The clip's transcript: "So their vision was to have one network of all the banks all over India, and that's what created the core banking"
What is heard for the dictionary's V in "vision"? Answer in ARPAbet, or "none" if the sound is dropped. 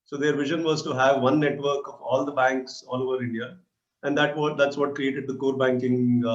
V